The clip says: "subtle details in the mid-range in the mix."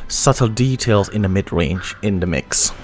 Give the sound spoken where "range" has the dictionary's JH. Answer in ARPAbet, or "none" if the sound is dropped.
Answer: JH